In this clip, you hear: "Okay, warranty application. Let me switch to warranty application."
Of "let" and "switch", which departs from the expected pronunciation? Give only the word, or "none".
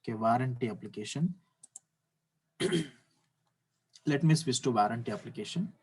switch